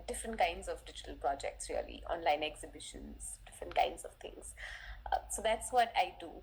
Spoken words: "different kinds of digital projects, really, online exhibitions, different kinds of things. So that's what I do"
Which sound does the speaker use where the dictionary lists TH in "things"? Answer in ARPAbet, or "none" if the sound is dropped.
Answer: T